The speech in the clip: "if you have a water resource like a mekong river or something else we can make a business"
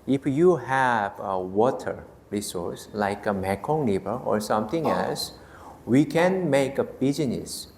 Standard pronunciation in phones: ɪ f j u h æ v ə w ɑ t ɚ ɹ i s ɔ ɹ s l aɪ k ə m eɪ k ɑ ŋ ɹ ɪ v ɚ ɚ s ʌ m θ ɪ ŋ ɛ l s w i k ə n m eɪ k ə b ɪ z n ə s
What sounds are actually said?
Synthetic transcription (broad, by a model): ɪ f j u h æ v ə w ɑ t ɚ ɹ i s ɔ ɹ s l aɪ k ə m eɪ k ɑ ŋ l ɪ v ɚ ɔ s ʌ m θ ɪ ŋ ɛ l s w i k ə n m eɪ k ə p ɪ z n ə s